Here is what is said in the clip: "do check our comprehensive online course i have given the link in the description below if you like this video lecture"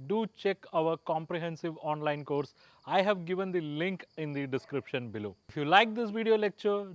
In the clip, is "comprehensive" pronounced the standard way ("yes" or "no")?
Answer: yes